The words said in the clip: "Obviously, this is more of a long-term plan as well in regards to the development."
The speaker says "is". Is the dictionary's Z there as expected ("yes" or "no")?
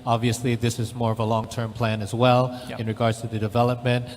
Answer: yes